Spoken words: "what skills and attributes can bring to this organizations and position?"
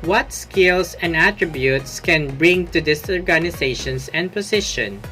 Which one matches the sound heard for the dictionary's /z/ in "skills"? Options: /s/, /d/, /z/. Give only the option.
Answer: /s/